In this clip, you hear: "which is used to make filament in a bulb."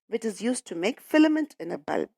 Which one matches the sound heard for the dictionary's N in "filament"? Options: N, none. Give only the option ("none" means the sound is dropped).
N